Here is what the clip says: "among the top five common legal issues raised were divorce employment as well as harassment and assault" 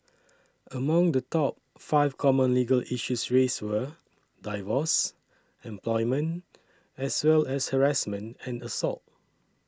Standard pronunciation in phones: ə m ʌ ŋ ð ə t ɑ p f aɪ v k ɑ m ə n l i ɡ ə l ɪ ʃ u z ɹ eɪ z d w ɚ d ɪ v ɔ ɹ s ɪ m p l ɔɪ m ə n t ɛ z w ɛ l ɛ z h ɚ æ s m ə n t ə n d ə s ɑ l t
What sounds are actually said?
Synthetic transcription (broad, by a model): ə m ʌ ŋ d ə t ɑ p f aɪ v k ɑ m ə n l i ɡ ə l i ʃ u s ɹ eɪ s w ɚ d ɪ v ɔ s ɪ m p l ɔɪ m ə n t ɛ s w ɛ l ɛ s h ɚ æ s m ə n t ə n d ə s ɑ l t